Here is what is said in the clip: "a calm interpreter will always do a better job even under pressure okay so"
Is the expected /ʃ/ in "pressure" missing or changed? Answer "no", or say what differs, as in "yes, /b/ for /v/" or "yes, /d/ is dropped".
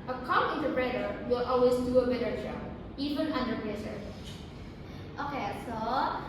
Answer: yes, /s/ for /ʃ/